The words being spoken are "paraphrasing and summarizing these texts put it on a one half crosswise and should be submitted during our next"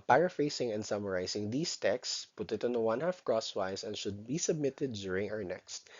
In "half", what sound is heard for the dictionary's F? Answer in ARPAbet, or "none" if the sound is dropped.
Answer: F